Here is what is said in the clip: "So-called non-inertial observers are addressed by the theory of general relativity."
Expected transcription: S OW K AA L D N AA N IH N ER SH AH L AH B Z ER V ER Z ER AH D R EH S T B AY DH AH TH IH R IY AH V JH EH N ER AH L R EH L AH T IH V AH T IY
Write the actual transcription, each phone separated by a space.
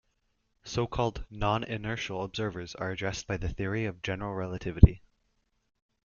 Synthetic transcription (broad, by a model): S OW K AA L D N AA N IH N ER SH L AH B Z ER V ER Z ER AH D R EH S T B AY DH AH TH IH R IY AH V JH EH N ER L R EH L AH T IH V AH T IY